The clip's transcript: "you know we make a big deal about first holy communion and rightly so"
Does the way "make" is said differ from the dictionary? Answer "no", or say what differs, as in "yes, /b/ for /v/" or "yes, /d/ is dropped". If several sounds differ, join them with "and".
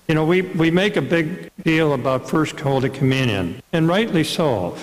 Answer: no